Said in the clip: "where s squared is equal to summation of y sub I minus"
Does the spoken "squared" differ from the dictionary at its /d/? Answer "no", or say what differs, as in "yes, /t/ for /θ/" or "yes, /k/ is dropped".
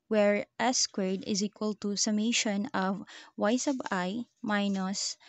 no